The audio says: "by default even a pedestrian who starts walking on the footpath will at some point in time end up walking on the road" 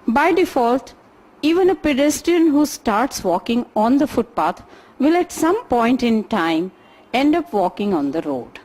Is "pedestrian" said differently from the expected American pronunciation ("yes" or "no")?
no